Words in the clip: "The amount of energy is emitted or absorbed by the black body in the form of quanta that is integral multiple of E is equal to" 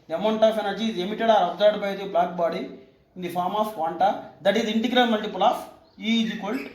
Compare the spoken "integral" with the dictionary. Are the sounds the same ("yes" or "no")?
no